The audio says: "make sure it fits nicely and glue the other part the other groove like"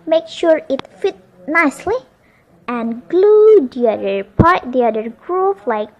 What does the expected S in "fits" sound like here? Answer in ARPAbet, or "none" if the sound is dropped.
none